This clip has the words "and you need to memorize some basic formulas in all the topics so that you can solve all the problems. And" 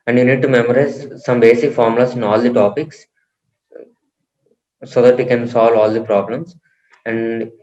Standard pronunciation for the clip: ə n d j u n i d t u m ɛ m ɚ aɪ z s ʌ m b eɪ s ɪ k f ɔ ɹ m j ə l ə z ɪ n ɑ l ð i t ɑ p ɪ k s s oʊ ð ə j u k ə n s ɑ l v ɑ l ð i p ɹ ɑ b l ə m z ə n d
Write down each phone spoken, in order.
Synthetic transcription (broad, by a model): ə n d j u n i d t u m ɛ m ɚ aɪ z s ʌ m b eɪ s ɪ k f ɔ ɹ m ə l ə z ɪ n ɑ l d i t ɑ p ɪ k s s oʊ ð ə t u k ə n s ɑ l v ɑ l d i p ɹ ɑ b l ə m s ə n d